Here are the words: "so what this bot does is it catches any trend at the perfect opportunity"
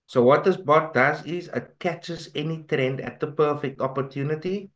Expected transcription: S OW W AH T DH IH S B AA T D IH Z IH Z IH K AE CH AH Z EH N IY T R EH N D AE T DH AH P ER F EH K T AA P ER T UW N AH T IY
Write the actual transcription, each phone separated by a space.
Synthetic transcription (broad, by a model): S OW W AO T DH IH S B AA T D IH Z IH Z IH K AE CH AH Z EH N IY T R EH N D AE T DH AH P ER F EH K T AA P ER T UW N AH T IY